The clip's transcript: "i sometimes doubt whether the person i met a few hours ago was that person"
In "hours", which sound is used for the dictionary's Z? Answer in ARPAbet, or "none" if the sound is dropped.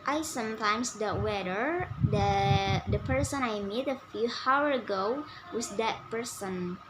none